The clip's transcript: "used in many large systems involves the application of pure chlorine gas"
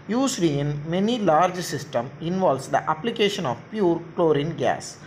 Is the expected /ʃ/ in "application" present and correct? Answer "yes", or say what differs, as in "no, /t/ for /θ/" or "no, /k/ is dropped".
yes